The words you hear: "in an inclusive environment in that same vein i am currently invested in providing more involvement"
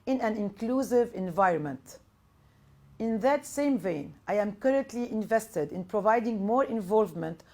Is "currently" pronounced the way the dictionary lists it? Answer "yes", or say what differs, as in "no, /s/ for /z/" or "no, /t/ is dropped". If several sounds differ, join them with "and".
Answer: yes